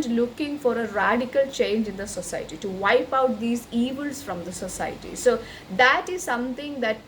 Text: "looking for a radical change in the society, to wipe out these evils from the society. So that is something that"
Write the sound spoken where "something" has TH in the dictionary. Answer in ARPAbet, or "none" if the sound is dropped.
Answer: T